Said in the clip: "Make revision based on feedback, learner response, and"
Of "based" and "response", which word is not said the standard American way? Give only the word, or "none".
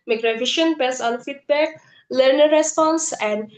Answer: based